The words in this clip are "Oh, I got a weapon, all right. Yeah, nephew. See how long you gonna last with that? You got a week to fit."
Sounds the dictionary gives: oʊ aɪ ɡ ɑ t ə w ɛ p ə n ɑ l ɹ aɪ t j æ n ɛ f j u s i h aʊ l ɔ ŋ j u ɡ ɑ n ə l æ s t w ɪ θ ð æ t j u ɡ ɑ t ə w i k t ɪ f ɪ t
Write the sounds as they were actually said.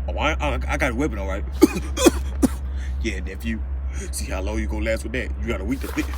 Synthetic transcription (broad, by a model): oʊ aɪ ɡ ɑ t ə w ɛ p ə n ɑ l ɹ aɪ t j æ n ɛ f j u s i h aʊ l ɔ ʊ j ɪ ɡ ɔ ə l æ s t w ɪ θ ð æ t j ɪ ɡ ɑ t ə w i k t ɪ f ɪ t